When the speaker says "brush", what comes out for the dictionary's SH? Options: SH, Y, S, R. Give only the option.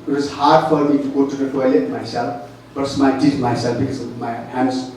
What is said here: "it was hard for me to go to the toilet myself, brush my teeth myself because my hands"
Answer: S